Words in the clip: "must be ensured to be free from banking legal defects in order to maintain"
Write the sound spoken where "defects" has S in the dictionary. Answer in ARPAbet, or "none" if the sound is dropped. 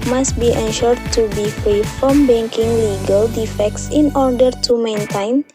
S